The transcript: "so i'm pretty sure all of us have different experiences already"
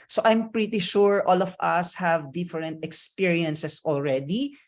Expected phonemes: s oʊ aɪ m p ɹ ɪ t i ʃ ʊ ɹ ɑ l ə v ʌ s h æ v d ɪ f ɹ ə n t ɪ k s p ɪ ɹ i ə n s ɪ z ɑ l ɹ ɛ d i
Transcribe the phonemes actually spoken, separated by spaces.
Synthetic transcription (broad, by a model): s oʊ aɪ m p ɹ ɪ t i ʃ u ɹ ɑ l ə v ʌ s h æ v d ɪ f ɹ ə n t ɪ k s p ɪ ɹ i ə n s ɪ s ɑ l ɹ ɛ d i